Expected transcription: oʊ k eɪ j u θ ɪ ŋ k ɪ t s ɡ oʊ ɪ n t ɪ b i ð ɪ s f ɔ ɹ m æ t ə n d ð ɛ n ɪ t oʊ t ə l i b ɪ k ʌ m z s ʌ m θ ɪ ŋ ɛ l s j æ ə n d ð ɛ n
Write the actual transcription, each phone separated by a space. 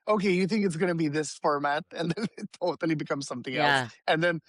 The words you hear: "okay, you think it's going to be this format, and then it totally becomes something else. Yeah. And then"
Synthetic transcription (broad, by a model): oʊ k eɪ j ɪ θ ɪ ŋ k ɪ t s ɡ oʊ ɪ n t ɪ b i ð ɪ s f ɔ ɹ m æ t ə n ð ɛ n ɪ t oʊ t l i b ɪ k ʌ m z s ʌ m θ ɪ ŋ ɛ l s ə n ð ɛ n